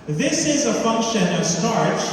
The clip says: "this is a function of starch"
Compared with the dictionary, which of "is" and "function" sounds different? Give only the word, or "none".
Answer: none